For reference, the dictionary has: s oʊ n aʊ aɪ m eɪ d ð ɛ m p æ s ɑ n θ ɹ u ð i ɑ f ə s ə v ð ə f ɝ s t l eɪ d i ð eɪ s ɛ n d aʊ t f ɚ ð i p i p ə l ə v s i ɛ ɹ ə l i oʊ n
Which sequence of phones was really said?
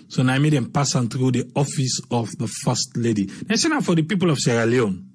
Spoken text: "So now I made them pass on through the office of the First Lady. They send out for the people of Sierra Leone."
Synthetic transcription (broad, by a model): s oʊ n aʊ aɪ m eɪ d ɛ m p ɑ s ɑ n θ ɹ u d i ɑ f ə s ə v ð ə f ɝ s t l eɪ d i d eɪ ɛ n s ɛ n f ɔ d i p i p ə l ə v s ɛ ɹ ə l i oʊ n